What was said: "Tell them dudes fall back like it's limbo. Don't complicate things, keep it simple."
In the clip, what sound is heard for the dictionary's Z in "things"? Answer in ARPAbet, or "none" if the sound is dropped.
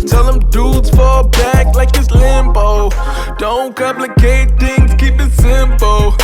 none